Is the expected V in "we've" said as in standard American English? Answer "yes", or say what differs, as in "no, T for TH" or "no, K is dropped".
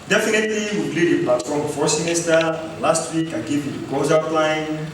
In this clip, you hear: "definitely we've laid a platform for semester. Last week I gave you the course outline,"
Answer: no, P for V